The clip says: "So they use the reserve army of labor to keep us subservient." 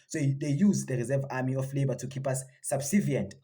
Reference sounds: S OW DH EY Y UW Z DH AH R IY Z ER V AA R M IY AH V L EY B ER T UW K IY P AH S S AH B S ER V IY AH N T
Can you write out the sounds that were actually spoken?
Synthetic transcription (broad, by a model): S OW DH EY Y UW Z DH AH R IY Z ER V AA M IY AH F L EY B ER T UW K IY P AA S S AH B S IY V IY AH N T